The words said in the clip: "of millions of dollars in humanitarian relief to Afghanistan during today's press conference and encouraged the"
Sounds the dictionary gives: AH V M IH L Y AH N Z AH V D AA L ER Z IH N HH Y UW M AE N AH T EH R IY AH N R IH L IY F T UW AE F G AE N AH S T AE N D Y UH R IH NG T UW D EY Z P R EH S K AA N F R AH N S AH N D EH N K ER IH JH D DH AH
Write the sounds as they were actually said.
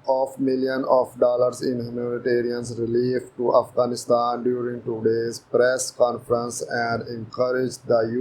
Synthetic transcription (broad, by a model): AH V M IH L Y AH N AH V D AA L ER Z IH N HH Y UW M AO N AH T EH R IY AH N R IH L IY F T UW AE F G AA N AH S T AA N D Y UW R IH NG T UW D EY Z P R EH S K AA N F R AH N S AH N D EH N K ER IH JH D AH